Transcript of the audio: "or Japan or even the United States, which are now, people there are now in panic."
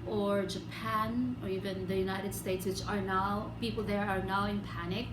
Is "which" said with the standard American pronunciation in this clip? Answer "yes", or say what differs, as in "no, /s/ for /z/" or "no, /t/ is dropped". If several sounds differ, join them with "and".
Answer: no, /s/ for /tʃ/